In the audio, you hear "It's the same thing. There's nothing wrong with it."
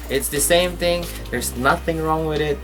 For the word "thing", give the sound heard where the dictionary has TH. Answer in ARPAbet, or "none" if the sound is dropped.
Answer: TH